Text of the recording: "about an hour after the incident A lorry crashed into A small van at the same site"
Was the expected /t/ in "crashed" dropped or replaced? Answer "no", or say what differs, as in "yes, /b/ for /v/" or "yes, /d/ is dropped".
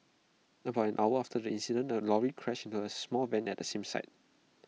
yes, /t/ is dropped